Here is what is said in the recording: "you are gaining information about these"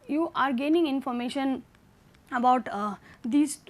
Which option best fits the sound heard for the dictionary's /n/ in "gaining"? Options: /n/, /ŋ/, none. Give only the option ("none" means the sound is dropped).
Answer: /n/